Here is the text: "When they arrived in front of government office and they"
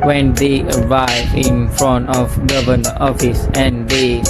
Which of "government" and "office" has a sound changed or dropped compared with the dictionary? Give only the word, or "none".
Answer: government